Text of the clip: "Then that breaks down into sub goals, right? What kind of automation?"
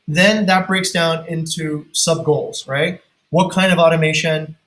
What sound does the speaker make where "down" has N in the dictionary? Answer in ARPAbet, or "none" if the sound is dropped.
N